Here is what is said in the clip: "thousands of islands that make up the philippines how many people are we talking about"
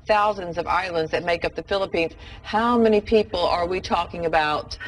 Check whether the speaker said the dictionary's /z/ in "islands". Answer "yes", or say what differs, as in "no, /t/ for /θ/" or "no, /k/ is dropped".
yes